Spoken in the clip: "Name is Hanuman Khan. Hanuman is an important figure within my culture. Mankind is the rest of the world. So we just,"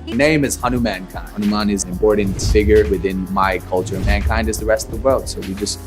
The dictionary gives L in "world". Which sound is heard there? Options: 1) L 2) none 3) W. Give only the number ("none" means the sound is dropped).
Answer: 1